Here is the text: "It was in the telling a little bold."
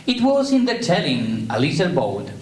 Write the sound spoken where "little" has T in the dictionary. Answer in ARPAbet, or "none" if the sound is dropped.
S